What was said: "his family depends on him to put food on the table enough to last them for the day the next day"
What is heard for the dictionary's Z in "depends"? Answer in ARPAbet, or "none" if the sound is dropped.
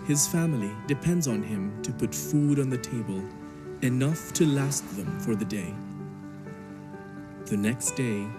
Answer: Z